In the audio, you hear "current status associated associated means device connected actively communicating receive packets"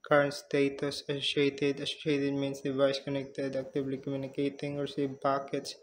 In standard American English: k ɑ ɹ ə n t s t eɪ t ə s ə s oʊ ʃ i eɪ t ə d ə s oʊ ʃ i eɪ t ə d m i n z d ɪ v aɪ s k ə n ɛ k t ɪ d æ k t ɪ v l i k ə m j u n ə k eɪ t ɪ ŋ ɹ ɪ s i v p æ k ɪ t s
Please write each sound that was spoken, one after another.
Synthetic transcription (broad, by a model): k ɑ ɹ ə n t s t eɪ t ə s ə s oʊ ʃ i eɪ t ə d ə s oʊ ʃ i eɪ t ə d m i n s d ɪ v aɪ s k ə n ɛ k t ɪ d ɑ k t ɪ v l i k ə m j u n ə k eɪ t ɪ ŋ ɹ s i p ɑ k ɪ t s